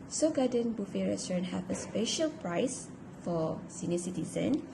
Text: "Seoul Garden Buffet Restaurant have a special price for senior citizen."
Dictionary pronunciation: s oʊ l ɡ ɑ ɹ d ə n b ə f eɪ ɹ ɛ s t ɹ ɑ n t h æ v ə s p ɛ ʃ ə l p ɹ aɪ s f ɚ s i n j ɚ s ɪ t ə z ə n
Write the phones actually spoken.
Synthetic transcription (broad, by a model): s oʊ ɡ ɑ d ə n b ə f eɪ ɹ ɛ s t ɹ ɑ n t h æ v ə s p ɛ ʃ ə l p ɹ aɪ s f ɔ s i n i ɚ s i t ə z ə n